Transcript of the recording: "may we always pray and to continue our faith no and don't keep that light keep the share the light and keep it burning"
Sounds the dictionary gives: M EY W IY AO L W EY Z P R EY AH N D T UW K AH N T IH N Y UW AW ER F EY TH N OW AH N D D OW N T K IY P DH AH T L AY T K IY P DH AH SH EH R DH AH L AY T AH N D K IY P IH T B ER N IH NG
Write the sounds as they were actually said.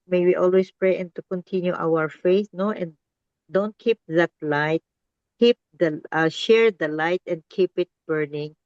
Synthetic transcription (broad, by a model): M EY W IY AO L W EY S P R EY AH N T UW K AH N T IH N Y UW AW ER F EY S N OW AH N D D OW N T K IY P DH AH T L AY T K IY P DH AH SH EH R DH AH L AY T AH N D K IY P IH T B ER N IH NG